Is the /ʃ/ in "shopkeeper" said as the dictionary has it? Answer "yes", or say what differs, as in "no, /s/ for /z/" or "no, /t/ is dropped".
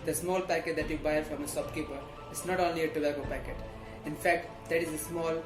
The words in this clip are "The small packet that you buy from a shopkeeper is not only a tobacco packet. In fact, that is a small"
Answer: no, /s/ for /ʃ/